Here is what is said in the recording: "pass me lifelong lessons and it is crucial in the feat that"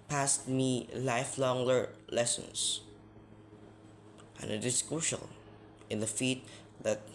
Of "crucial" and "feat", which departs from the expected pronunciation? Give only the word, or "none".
crucial